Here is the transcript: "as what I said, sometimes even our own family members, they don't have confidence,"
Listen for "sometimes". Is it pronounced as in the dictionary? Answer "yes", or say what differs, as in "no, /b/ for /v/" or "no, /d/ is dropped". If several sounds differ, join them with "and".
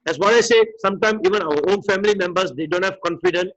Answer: no, /z/ is dropped